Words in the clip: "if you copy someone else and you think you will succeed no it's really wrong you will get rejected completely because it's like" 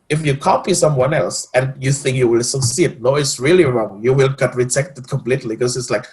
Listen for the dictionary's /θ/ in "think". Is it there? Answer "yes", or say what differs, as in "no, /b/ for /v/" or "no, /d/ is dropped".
yes